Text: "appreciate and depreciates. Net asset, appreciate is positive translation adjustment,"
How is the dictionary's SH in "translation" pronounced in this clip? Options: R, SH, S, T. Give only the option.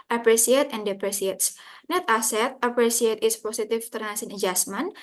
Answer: S